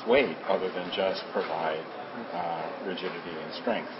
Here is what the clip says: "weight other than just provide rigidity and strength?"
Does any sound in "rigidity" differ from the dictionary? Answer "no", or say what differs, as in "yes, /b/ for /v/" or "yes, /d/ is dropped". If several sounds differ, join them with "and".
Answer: no